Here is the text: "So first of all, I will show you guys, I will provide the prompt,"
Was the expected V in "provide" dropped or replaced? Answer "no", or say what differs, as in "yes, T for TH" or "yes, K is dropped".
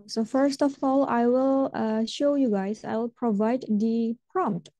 no